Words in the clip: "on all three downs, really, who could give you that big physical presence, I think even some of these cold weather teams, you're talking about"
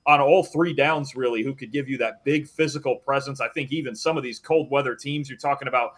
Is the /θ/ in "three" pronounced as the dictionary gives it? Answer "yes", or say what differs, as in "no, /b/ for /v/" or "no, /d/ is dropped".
yes